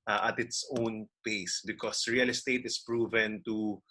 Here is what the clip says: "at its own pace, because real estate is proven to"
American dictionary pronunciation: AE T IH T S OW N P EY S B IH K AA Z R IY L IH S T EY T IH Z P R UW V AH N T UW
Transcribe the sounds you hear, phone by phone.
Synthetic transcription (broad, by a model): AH T IH T S OW N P EY S B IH K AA S R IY L IH S T EY T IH S P R UW V AH N T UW